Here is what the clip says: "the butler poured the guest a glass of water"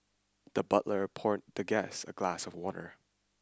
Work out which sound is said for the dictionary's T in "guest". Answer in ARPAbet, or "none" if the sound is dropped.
none